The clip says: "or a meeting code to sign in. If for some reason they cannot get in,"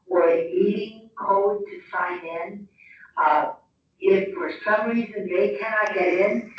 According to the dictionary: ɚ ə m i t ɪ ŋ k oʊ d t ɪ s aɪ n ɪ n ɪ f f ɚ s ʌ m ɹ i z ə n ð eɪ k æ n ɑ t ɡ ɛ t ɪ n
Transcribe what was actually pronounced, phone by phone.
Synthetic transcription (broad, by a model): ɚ ə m i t ɪ ŋ k oʊ d t ɪ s aɪ n ɪ n ɪ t f ɚ s ʌ m ɹ i z ə n ð eɪ k æ n ɑ t ɡ ɛ t ɪ n